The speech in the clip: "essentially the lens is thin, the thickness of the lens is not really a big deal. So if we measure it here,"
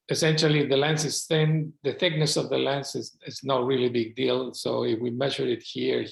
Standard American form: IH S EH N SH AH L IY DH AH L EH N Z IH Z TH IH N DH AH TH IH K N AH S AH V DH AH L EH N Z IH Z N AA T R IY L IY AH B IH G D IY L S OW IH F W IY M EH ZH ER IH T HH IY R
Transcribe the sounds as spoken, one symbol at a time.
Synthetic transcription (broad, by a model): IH S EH N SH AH L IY DH AH L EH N S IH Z TH IH N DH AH TH IH K N AH S AH V DH AH L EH N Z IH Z N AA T R IY L IY B IH G D IY L S OW IH F W IY M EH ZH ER IH T HH IY R